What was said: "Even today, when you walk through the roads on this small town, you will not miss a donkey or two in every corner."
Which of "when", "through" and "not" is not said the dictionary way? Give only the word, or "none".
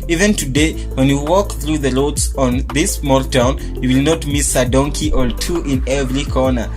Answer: none